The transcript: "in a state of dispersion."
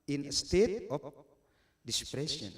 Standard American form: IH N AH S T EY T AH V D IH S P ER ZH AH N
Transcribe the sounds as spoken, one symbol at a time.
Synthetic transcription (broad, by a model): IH N AH S T EY T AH P D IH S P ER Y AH N